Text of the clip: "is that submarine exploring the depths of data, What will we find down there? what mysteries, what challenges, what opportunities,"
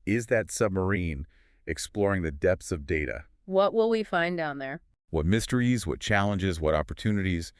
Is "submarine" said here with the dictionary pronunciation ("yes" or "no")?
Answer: yes